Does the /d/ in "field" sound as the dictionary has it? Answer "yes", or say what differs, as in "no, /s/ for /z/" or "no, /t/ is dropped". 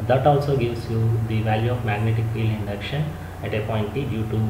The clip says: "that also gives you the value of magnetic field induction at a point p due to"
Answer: no, /d/ is dropped